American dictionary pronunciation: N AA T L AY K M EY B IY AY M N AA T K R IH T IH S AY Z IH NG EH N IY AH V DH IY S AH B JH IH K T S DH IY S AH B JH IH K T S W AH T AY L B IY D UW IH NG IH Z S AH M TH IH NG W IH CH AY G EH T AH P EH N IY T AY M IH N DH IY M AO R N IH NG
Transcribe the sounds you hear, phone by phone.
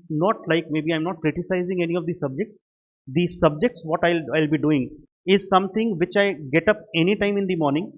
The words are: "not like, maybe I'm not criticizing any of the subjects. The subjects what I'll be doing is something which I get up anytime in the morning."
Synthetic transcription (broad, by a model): N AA T L AY K M EY B IY AY M N AA T K R IH T IH S AY Z IH NG EH N IY AH V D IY S AH B JH IH K T S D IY S AH B JH IH K T S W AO T AY L B IY D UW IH NG IH Z S AH M T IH NG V IH CH AY G EH T AH P EH N IY T AY M IH N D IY M AO R N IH NG